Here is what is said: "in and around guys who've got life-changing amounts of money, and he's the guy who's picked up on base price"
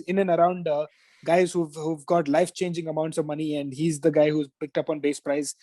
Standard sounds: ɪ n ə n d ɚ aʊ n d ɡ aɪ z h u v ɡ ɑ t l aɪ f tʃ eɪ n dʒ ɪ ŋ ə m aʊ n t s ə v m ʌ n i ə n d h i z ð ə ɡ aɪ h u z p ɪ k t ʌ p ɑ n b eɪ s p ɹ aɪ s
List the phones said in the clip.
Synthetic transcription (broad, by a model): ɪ n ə n ɚ aʊ n d ɡ aɪ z h u v ɡ ɑ t l aɪ f tʃ eɪ n dʒ ɪ ŋ ə m aʊ n t s ə v m ʌ n i ə n d h i z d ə ɡ aɪ h u z p ɪ k t ʌ p ɑ n b eɪ s p ɹ aɪ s